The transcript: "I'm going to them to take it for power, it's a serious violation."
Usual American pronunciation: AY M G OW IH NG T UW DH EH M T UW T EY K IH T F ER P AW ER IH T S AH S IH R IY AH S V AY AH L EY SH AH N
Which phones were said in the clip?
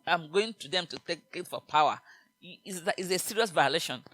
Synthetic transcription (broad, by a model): AY M G OW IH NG T UW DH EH M T UW T EY K IH T F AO P AW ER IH S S AH S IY R IY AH S V AY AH L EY SH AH N